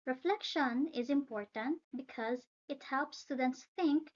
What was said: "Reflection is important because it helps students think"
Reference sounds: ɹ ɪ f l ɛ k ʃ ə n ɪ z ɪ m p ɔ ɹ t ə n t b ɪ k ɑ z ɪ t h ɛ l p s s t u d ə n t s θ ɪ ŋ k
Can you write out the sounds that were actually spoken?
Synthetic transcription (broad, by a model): ɹ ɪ f l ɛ k ʃ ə n ɪ z ɪ m p ɔ ɹ t ə n t b ɪ k ɑ z ɪ t h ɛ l p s s t u d ə n t s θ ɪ ŋ k